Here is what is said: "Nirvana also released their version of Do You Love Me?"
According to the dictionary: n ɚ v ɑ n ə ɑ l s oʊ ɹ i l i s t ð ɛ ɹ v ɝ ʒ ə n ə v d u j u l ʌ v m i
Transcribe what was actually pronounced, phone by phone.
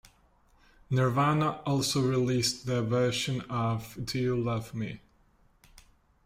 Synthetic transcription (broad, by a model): n ɚ v ɑ n ə ɑ l s oʊ ɹ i l i s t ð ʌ v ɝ ʃ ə n ə v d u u l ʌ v m i